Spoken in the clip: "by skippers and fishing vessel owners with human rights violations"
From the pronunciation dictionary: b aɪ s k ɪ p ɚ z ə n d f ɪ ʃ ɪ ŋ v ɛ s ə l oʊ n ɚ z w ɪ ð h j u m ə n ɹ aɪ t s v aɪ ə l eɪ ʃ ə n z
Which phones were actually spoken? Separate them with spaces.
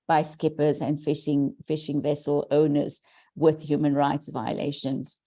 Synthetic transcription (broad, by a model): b aɪ s k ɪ p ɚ z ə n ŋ f ɪ ʃ ɪ ŋ v ɛ s ə l oʊ n ɚ z w ɪ ð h j u m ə n ɹ aɪ t s v aɪ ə l eɪ ʃ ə n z